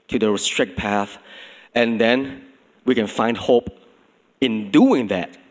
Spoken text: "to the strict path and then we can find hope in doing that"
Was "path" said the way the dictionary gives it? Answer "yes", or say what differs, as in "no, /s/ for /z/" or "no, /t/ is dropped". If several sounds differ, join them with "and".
yes